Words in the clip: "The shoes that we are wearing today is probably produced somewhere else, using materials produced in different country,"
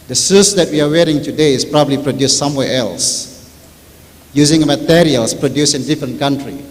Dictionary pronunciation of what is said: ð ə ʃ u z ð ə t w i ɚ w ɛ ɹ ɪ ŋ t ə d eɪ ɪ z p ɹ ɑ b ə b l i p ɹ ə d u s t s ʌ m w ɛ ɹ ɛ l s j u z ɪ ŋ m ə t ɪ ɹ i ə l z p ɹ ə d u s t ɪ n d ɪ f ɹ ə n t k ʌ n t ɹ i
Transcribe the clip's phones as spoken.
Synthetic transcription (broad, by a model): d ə s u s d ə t w i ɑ w ɛ ɹ ɪ ŋ t ə d eɪ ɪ s p ɹ ɑ b ə b l i p ɹ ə d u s s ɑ m w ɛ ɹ ɛ l s j u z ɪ ŋ m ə t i ɹ i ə l s p ɹ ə d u s ɪ n d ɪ f ɹ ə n k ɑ n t ɹ i